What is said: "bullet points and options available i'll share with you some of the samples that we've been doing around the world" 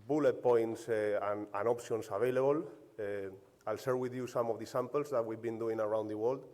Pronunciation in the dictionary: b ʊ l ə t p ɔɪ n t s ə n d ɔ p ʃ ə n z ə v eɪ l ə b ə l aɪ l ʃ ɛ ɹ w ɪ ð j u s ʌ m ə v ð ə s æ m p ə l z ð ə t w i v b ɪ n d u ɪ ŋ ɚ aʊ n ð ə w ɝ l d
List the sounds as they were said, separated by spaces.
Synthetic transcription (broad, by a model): b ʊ l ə t p ɔɪ n t s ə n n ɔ p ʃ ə n s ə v eɪ l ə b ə l aɪ l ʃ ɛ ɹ w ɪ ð j u s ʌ m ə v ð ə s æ m p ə l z ð ə t w i v b ɪ n d u ɪ ŋ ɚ aʊ n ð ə w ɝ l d